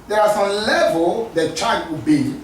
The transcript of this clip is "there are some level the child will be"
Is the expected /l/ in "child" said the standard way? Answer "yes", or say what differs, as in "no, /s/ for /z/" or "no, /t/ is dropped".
no, /l/ is dropped